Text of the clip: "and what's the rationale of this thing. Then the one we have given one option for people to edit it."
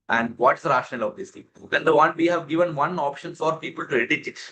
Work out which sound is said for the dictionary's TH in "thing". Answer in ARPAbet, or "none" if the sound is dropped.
T